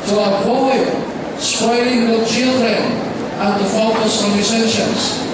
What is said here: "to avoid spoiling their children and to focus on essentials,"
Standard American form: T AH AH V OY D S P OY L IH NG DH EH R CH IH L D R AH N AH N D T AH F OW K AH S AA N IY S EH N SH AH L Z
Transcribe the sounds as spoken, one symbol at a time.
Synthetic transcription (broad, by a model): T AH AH P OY S P OY L IH NG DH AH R CH IH L D R AH N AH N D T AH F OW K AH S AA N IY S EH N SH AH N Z